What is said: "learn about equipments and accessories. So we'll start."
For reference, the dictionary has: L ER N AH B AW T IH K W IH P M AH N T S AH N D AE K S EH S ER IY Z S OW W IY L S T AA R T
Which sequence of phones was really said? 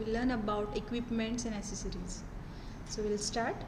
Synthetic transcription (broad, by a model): L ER N AH B AW T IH K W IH P M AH N T S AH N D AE S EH S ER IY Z S OW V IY L S T AA R T